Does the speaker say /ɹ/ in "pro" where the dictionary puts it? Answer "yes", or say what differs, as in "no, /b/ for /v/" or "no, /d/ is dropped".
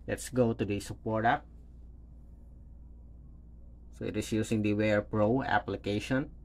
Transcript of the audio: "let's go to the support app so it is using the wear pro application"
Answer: yes